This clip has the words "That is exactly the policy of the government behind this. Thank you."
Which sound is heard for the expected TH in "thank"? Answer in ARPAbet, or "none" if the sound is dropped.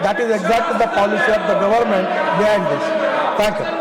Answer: T